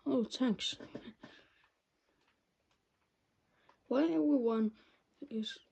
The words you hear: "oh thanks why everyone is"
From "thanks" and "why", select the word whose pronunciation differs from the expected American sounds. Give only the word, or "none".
thanks